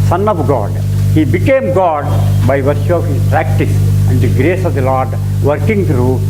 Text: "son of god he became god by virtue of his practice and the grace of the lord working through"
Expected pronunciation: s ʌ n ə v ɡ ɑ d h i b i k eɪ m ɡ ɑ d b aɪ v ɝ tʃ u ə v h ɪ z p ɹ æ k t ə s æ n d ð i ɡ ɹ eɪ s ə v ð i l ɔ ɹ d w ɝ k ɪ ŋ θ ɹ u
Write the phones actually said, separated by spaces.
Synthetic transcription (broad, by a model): s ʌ n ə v ɡ ɑ d h i b i k eɪ m ɡ ɑ d b aɪ v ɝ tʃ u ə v h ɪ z p ɹ æ k t ə s æ n d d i ɡ ɹ eɪ s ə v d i l ɔ ɹ d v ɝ k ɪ ŋ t ɹ u